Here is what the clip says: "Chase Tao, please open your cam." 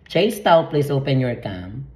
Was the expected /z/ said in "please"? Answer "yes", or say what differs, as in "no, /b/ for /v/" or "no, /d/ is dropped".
no, /s/ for /z/